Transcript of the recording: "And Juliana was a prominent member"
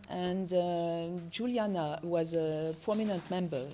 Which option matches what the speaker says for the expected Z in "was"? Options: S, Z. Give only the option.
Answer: Z